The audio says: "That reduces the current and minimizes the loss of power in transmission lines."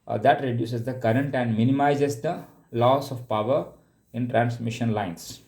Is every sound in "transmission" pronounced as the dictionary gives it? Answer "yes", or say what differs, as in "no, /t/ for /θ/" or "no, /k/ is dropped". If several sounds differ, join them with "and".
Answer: yes